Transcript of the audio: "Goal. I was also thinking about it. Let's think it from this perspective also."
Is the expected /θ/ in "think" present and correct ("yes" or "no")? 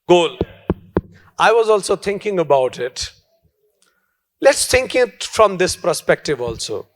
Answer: no